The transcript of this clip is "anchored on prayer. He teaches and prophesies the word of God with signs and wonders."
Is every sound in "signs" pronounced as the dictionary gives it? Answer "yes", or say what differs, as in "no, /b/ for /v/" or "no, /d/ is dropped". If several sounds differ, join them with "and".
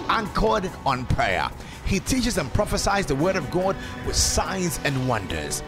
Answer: yes